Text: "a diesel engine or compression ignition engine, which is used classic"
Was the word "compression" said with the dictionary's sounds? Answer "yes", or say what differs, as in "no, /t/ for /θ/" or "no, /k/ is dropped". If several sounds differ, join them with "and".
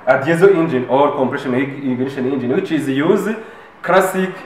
yes